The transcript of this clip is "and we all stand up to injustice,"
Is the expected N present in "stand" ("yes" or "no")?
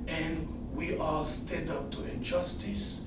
no